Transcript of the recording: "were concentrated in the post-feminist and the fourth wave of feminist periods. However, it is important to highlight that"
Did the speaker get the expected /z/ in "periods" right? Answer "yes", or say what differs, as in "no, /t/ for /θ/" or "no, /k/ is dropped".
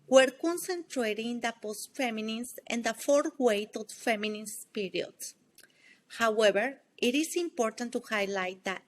no, /s/ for /z/